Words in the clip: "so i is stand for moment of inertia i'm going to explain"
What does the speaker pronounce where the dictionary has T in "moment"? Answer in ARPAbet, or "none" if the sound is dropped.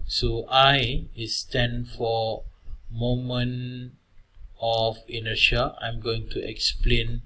none